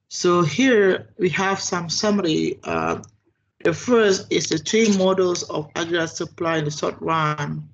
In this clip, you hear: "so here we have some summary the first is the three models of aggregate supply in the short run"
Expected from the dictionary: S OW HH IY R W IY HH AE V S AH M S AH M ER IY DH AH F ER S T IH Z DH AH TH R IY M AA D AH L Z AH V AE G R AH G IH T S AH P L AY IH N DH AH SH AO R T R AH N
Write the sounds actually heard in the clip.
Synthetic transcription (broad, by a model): S OW HH IY R W IY HH AE V S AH M S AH M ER IY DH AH F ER S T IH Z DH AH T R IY M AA D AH L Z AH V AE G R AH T S AH P L AY IH N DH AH S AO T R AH N